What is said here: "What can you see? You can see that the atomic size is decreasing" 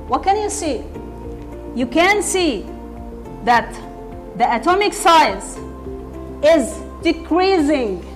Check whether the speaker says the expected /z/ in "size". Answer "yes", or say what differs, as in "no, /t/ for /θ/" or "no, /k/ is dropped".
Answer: no, /s/ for /z/